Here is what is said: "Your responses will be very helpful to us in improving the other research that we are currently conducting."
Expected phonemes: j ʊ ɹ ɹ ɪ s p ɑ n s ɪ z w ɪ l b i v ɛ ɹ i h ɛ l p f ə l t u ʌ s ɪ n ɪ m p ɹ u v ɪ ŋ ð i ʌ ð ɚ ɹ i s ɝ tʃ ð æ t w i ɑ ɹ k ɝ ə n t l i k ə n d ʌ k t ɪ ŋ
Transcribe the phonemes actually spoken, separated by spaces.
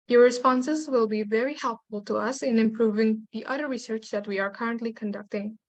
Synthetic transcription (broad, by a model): j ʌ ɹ ɹ ɪ s p ɑ n s ɪ z w ɪ l b i v ɛ ɹ i h ɛ l p f ə l t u ʌ s ɪ n ɪ m p ɹ u v ɪ ŋ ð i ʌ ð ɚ ɹ i s ɝ tʃ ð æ t w i ɑ ɹ k ɝ ə n t l i k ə n d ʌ k t ɪ ŋ